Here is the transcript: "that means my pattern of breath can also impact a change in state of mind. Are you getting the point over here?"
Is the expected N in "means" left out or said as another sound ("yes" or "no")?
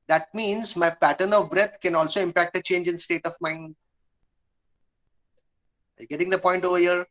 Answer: no